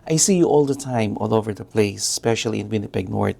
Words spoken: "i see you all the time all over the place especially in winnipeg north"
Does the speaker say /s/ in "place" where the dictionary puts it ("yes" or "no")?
no